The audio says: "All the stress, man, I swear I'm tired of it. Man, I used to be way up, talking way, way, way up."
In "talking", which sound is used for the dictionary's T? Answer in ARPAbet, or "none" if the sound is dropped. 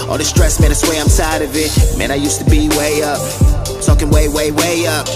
S